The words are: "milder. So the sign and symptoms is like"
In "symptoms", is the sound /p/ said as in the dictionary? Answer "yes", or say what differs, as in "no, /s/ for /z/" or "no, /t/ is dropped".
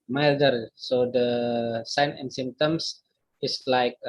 no, /p/ is dropped